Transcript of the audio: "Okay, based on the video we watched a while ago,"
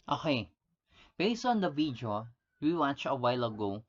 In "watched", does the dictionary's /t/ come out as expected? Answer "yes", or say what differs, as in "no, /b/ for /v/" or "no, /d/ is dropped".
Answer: no, /t/ is dropped